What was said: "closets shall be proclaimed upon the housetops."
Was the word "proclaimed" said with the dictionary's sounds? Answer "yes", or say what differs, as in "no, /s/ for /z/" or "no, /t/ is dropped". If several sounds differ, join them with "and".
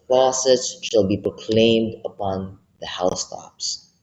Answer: yes